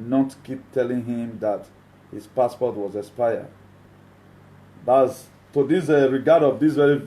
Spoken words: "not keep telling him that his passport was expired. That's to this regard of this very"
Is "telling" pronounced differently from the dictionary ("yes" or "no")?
no